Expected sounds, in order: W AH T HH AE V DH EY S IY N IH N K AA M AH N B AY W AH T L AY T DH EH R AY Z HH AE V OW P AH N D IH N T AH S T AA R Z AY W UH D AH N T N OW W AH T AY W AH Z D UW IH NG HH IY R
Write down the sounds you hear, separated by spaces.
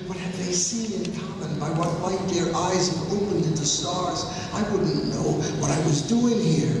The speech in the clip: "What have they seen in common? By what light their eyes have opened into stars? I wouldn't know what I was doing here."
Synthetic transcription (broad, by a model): W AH T HH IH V DH EY S IY N IH N K AA M AH N B AY W AH T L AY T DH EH R AY Z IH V OW P AH N D IH N T AH S T AA R Z AY W UH D N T N OW W AH T AY W AH Z D UW IH NG HH IY R